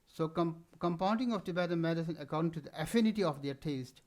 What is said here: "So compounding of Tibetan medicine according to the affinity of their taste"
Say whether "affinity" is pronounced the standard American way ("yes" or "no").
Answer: yes